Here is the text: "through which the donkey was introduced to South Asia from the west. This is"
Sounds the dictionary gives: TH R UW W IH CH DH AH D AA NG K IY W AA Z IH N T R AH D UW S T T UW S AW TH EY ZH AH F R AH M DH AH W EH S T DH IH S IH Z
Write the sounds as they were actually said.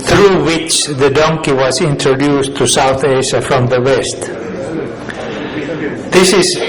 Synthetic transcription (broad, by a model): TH R UW W IH CH DH AH D AA NG K IY W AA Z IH N T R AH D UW S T T UW S AW TH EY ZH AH F R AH M DH AH W EH S T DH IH S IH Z